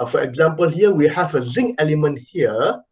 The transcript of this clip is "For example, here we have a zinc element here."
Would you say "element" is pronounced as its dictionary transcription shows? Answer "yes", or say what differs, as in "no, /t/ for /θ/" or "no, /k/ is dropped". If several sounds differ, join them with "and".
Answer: yes